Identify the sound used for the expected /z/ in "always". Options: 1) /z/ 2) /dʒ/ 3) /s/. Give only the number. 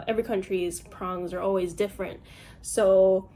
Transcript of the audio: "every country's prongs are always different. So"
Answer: 1